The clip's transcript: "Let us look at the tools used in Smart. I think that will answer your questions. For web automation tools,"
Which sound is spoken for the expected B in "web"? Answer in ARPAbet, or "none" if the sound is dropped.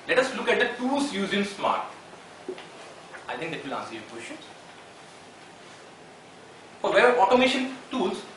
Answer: none